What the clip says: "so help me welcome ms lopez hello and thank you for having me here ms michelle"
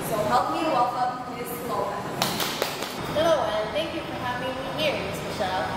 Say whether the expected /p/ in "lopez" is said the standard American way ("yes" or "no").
no